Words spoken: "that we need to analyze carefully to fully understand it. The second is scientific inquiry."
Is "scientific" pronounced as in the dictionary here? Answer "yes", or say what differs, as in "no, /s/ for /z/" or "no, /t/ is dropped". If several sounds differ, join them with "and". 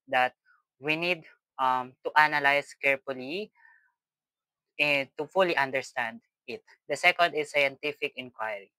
yes